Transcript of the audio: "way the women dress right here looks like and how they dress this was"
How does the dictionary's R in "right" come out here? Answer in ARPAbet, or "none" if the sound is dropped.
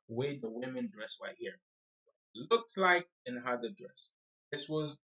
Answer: W